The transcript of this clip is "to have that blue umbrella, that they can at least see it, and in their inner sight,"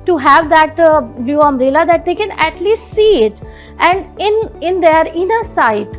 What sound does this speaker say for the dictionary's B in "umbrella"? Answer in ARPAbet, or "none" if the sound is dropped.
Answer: none